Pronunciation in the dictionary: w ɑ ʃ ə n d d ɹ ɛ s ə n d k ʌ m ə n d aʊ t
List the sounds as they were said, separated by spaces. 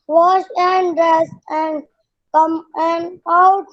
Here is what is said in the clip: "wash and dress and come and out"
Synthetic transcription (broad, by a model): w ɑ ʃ ə n d d ɹ ɛ s ə n d k ʌ m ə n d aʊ t